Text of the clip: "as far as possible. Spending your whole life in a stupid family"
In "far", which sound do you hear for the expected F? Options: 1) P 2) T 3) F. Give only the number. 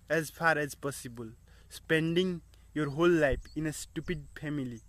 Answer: 1